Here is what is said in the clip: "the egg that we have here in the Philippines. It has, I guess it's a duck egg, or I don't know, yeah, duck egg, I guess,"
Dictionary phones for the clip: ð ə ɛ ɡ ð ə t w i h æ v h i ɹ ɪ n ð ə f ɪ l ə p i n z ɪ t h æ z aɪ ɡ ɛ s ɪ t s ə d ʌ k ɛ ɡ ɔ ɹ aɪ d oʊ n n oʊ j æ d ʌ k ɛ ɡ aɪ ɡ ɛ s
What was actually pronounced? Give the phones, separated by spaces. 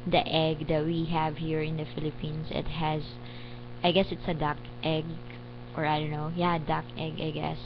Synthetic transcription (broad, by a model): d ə ɛ ɡ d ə t w i h æ v h i ɹ ɪ n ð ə f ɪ l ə p i n s ɪ t h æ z aɪ ɡ ɛ s ɪ t s ə d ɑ k ɛ ɡ ɔ ɹ aɪ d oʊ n n oʊ j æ d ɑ k ɛ ɡ aɪ ɡ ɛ s